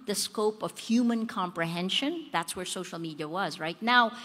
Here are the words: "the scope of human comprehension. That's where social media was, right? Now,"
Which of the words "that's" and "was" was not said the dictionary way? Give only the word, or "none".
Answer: none